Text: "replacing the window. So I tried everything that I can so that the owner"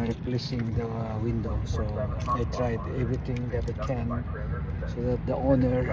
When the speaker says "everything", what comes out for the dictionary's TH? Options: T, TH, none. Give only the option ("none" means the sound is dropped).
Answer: T